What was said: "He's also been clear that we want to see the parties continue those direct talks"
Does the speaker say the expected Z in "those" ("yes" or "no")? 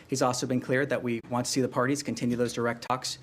yes